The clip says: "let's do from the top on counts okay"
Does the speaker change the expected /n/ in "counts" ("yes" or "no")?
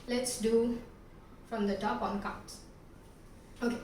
yes